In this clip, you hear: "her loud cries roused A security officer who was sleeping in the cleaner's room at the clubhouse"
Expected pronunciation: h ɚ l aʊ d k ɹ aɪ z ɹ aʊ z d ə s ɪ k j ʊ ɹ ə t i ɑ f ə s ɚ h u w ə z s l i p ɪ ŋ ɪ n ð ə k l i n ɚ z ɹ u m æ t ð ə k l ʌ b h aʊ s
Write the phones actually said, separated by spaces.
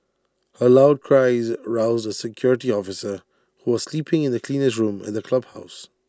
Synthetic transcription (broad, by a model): h ɚ l aʊ d k ɹ aɪ z ɹ aʊ z d ə s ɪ k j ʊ ɹ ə t i ɑ f ə s ɚ h u w ə z s l i p ɪ ŋ ɪ n ð ə k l i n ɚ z ɹ u m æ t ð ə k l ʌ b h aʊ s